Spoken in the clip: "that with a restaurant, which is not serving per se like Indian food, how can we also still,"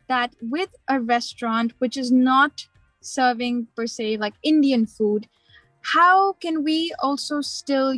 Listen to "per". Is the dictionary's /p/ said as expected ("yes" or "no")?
yes